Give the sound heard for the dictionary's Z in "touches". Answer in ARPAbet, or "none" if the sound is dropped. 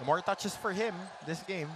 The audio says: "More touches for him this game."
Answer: S